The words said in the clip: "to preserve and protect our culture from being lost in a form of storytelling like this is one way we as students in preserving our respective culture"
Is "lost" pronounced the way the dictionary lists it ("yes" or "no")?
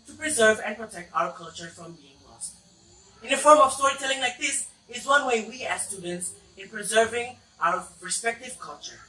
yes